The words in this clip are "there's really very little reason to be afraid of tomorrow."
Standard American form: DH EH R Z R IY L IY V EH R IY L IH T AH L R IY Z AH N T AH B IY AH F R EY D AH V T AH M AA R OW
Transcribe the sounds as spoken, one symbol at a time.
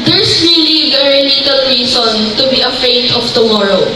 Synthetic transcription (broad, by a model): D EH R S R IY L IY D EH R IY N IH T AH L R IY S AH N T AH B IY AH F EY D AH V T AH M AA R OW